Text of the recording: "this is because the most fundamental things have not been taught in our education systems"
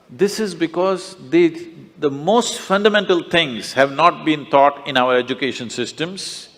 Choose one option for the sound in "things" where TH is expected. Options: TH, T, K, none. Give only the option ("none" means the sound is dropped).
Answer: T